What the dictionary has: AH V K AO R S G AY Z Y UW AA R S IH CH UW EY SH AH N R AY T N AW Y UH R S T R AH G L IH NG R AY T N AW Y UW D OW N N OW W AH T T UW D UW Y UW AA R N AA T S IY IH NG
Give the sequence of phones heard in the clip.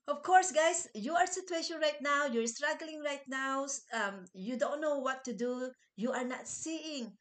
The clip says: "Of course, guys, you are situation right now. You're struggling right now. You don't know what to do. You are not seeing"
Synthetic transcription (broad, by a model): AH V K AO R S G AY S Y UW AA R S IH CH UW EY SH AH N R AY T N AW Y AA R S T R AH G L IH NG R AY T N AW Y UW D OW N N OW W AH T T UW D UW Y UW AA R N AA T S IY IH NG